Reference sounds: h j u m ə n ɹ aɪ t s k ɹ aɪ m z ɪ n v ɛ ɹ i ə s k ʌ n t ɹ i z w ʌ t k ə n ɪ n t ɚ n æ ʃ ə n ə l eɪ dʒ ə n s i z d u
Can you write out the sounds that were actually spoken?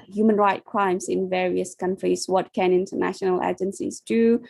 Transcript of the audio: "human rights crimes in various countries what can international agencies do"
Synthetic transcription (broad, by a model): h j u m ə n ɹ aɪ t k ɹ aɪ m s ɪ n v ɛ ɹ i ə s k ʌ n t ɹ i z w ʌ t k ə n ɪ n t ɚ n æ ʃ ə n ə l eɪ dʒ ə n s i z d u